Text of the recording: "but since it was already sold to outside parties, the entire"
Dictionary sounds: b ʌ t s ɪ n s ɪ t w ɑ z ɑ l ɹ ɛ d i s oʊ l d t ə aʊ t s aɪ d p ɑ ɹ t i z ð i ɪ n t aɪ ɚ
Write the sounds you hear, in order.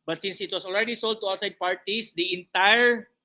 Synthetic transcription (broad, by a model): b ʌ t s ɪ n s ɪ t w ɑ s ɑ l ɹ ɛ d i s oʊ l d t ə aʊ t s aɪ d p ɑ ɹ t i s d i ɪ n t aɪ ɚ